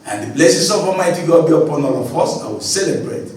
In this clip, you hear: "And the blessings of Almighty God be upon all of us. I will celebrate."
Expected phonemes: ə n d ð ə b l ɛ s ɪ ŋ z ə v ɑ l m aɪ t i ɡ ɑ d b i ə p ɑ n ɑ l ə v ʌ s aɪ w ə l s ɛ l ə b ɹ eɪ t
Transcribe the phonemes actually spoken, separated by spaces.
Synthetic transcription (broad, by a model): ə n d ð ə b l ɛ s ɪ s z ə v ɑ m aɪ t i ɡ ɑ b i ə p ɑ n ɑ l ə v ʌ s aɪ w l s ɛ l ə b ɹ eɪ t